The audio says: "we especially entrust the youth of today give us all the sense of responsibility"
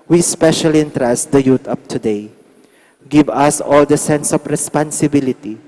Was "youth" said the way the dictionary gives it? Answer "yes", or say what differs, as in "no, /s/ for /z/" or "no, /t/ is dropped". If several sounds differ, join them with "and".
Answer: no, /t/ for /θ/